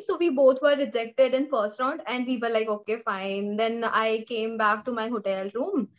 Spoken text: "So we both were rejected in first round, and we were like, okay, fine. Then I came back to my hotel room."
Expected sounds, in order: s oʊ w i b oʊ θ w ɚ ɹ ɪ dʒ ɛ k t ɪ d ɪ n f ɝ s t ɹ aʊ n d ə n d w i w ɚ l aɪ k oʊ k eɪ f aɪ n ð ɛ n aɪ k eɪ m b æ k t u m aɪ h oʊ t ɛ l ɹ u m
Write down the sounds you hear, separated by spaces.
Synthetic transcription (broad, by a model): s oʊ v i b oʊ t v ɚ ɹ ɪ dʒ ɛ k t ɪ d ɪ n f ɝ s t ɹ aʊ n d ə n d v i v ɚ l aɪ k oʊ k eɪ f aɪ n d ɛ n aɪ k eɪ m b æ k t u m aɪ h oʊ t ɛ l ɹ u m